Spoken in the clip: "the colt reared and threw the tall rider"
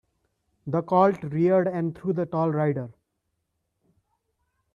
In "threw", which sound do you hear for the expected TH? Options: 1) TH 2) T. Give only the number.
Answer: 2